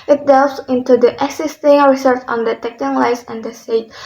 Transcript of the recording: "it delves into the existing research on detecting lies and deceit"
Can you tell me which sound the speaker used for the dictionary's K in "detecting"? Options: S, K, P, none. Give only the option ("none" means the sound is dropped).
K